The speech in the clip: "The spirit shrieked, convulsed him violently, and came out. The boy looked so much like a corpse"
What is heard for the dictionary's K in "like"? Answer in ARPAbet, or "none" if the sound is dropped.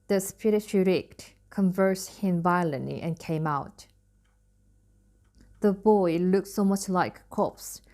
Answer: none